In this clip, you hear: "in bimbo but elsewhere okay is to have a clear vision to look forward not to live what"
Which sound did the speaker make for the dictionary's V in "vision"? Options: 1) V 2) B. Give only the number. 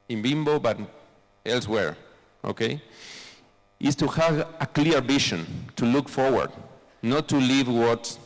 2